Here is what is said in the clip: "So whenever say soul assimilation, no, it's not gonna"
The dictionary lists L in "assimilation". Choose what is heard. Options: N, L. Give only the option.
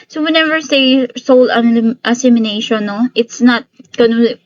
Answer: N